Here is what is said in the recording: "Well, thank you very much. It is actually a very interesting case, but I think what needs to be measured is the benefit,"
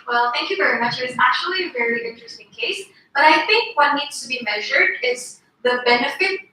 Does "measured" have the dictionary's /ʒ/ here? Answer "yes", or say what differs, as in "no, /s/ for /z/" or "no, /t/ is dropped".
yes